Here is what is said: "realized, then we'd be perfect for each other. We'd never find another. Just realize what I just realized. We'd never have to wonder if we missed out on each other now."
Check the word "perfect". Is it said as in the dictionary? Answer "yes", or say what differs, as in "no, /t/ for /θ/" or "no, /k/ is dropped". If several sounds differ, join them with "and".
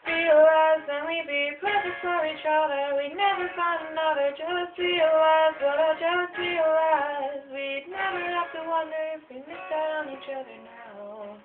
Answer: no, /k/ is dropped